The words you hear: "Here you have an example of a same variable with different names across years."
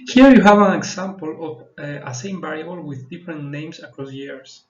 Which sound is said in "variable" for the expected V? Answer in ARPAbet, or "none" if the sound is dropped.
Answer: B